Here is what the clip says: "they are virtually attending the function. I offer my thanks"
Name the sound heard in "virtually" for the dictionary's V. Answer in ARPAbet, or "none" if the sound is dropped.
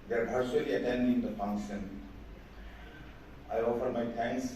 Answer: B